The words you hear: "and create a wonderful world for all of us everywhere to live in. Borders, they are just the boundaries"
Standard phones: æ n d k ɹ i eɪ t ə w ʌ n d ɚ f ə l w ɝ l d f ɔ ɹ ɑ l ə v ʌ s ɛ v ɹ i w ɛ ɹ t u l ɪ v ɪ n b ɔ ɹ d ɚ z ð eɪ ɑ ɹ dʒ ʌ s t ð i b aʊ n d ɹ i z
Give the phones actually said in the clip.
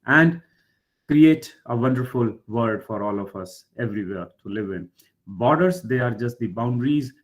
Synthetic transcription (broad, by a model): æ n d k ɹ i eɪ t ə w ʌ n d ɚ f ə l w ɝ d f ɔ ɹ ɑ l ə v ʌ s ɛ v ɹ i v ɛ ɹ t u l ɪ v ɪ n b ɔ ɹ d ɚ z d eɪ ɑ ɹ dʒ ʌ s t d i b aʊ n d ɹ i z